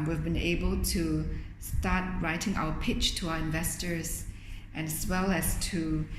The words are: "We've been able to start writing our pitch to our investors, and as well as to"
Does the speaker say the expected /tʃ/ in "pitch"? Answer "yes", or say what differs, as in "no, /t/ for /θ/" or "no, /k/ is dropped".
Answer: yes